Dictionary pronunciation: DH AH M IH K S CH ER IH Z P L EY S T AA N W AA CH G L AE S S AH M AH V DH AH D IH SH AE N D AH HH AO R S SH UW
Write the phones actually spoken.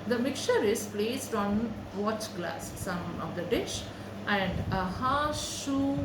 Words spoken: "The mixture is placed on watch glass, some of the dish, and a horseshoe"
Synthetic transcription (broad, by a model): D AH M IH K CH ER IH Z P L EY S T AA N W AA CH G L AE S S AH M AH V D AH D IH SH AE N D AH HH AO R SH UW